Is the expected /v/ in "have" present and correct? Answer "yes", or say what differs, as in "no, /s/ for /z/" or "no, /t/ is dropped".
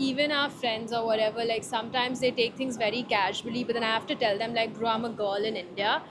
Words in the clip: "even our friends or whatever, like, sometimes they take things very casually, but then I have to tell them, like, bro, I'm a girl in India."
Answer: no, /f/ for /v/